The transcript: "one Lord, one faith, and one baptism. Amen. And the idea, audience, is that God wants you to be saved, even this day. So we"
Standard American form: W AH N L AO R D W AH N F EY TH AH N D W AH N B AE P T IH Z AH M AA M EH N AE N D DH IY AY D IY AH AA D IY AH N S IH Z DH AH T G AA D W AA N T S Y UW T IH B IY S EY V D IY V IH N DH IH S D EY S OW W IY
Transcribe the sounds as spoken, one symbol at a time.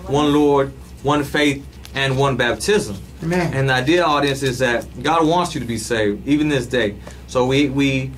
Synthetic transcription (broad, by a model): W AH N L AO R D W AH N F EY TH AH N W AH N B AE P T IH Z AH M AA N N DH IY AY D IY AH AA D IY AH N S IH Z DH AH T G AA D W AA N T S Y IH T IH B IY S EY V D IY V IH N DH IH S D EY S OW W IY